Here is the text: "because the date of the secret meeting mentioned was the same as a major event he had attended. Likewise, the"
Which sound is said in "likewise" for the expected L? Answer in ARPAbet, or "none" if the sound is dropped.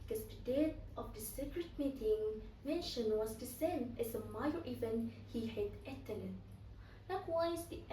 L